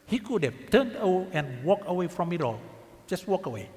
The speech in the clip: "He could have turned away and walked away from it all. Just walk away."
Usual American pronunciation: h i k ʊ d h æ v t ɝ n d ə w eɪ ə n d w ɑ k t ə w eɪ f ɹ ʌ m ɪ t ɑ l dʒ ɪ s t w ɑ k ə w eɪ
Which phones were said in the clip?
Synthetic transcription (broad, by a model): h i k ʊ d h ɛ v t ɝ n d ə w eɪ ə n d w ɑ k ə w eɪ f ɹ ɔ m ɪ t ɑ l dʒ ɪ s t w ɑ k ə w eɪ